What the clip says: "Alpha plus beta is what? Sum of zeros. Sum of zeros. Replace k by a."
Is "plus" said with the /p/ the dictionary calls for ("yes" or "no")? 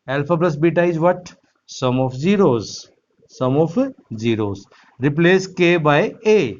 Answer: no